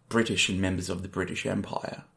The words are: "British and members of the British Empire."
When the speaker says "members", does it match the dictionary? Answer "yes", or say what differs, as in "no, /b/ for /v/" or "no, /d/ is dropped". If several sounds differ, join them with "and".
yes